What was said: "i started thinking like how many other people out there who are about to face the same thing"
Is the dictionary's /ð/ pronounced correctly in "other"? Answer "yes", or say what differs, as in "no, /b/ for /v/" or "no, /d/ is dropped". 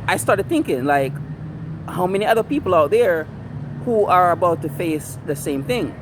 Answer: yes